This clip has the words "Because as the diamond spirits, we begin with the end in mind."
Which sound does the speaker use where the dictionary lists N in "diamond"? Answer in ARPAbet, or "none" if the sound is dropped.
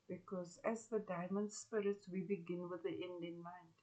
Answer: N